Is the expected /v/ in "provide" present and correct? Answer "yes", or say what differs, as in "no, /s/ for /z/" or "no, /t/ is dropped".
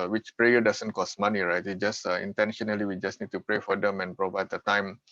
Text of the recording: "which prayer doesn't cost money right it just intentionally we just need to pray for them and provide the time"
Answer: yes